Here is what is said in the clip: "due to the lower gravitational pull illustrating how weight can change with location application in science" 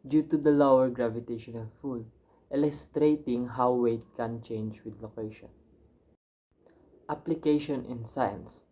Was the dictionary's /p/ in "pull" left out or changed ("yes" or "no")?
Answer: yes